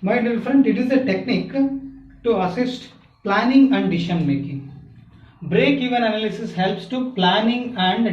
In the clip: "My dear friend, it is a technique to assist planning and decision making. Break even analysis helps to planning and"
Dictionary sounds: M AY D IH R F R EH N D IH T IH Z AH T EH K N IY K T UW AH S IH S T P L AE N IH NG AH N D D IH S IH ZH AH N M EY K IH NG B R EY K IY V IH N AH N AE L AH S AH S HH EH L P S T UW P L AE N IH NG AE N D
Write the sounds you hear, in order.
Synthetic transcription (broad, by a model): M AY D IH L F R EH N D IH T IH Z AH T EH K N IY K T UW AH S IH S T P L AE N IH NG AH N D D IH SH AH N M EY K IH NG B R EY K IY V IH N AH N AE L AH S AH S HH EH L P S T UW P L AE N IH NG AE N D